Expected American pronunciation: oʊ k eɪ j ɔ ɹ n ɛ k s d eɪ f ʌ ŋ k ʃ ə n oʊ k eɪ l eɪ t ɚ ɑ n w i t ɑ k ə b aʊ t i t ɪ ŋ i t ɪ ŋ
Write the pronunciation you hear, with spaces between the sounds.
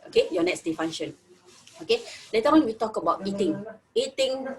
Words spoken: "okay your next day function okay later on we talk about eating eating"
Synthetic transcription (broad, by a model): oʊ k eɪ j ɔ n ɛ k s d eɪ f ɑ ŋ ʃ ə n oʊ k eɪ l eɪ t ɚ ɑ n w i t ɑ k ə b aʊ t i t ɪ ŋ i t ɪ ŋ